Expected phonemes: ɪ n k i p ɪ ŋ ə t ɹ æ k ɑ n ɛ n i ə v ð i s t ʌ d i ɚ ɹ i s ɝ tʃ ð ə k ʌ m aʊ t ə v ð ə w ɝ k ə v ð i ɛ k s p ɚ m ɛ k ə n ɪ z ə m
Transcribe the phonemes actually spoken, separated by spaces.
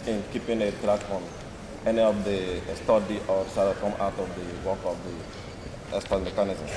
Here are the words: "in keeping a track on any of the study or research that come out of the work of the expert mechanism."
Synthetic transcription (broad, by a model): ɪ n k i p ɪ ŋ ə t ɹ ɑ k ɑ n ɛ n i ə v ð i s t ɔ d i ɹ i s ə k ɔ m aʊ t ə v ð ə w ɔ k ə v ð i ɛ s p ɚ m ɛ k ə n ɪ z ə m